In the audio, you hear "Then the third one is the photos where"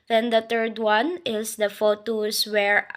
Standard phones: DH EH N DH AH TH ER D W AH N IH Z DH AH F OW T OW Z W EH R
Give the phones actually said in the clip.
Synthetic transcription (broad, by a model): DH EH N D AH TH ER D W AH N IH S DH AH F OW T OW S W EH R